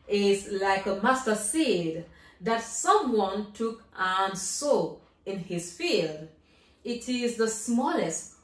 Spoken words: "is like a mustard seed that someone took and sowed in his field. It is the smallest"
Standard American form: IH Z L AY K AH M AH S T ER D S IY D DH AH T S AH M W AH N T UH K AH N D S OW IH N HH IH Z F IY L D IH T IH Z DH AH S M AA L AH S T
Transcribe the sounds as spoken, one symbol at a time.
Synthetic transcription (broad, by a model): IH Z L AY K AH M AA S T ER S IY D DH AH T S AH M W AH N T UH K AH N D S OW IH N HH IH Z F IY L D IH T IH Z DH AH S M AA L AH S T